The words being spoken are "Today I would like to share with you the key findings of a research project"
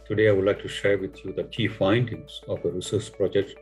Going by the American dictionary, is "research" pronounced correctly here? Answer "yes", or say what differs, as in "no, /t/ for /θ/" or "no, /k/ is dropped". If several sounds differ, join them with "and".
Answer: no, /s/ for /tʃ/